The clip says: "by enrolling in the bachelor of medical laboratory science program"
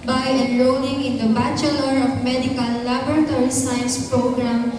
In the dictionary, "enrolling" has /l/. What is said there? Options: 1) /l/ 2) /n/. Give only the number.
2